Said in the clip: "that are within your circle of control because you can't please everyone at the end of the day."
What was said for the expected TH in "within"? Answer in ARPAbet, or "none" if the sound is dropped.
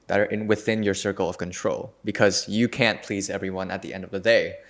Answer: TH